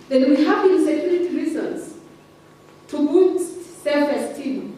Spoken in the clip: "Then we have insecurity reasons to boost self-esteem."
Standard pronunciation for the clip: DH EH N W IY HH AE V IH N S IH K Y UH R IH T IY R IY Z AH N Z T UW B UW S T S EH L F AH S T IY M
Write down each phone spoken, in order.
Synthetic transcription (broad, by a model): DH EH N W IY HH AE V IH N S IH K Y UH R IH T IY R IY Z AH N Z T UW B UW T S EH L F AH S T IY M